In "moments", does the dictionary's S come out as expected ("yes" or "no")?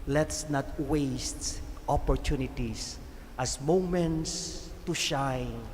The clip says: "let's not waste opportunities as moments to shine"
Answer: yes